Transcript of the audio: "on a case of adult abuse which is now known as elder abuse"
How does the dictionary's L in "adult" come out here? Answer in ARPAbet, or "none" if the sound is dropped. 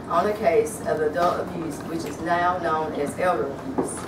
none